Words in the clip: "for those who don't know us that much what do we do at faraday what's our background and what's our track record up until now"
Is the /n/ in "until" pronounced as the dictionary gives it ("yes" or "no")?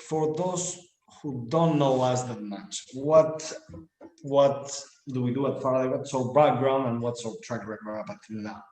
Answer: no